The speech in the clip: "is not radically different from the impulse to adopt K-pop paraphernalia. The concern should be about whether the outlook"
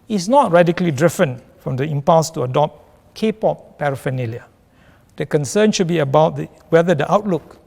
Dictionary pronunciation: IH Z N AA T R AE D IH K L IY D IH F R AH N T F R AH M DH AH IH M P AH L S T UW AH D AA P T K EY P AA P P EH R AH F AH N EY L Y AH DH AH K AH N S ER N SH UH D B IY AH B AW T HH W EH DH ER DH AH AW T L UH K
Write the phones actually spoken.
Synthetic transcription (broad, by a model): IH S N AA T R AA D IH K L IY D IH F AH N F R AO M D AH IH M P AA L S T UW AH D AA P T K EY P AA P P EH R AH F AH N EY L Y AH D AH K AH N S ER N SH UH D B IY AH B AW T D W EH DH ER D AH AW T L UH K